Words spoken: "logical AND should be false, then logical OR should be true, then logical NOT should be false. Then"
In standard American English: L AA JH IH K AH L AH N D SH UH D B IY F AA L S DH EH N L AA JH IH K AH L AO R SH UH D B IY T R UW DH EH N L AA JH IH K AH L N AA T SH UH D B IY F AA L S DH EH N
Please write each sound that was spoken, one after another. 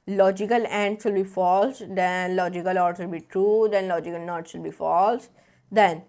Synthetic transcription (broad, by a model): L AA JH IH K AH L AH N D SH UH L B IY F AA L S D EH N L AA JH IH K AH L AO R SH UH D B IY T R UW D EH N L AA JH IH K AH L N AA T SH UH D B IY F AA L S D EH N